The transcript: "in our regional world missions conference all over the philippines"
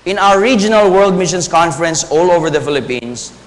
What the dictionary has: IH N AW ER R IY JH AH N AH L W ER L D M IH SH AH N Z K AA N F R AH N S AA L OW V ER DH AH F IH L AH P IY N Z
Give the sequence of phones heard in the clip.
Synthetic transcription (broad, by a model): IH N AW ER R IY JH AH N AH L W ER L D M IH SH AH N S K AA N F R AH N S AA L OW V ER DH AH F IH L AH P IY N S